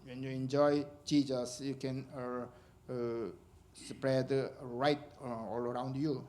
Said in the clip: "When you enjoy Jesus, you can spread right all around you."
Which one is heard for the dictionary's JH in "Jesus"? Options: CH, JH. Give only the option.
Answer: CH